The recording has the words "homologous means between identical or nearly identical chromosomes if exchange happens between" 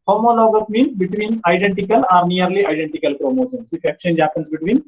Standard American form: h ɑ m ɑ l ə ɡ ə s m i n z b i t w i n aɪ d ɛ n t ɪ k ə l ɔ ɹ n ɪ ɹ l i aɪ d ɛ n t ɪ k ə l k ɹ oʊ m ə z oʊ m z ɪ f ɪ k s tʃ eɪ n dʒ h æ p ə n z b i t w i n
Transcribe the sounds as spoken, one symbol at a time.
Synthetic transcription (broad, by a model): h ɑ m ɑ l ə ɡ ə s m i n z b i t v i n aɪ d ɛ n t ɪ k ə l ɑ ɹ n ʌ ɹ l i aɪ d ɛ n t ɪ k ə l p ɹ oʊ m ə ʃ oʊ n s ɪ f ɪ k tʃ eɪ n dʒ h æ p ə n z b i t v i n